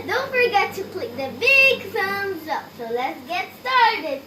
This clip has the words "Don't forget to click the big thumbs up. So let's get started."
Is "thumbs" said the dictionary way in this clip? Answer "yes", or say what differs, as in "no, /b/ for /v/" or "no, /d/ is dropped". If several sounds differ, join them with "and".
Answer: no, /s/ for /θ/